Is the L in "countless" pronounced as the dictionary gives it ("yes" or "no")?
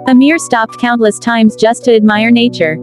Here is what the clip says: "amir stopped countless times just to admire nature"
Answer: yes